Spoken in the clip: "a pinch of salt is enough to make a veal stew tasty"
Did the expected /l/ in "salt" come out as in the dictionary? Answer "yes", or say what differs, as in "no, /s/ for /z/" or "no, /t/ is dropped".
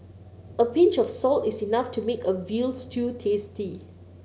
yes